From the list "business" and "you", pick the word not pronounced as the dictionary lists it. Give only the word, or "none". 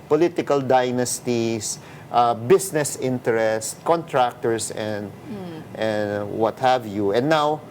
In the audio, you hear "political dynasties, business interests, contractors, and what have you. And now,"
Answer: business